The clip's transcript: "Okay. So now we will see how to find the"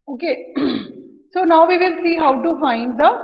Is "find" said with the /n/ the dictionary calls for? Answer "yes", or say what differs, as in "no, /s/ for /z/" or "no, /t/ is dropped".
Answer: yes